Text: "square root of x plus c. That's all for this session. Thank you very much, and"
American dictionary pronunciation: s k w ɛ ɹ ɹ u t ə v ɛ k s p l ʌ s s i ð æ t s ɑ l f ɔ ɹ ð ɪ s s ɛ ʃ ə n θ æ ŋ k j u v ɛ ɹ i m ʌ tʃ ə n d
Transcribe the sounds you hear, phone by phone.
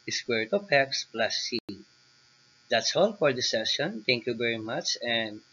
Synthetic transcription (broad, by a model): s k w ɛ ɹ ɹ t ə p ɛ k s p l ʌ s s i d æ t s ɑ l f ɔ ɹ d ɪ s s ɛ ʃ ə n t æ ŋ k j u v ɛ ɹ i m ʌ tʃ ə n d